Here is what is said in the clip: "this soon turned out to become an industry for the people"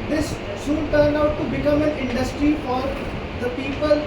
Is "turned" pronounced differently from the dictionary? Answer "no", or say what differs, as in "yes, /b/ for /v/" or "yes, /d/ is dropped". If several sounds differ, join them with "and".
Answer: no